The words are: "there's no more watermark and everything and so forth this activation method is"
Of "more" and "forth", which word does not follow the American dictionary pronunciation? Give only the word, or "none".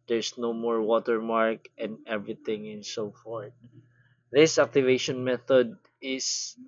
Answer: forth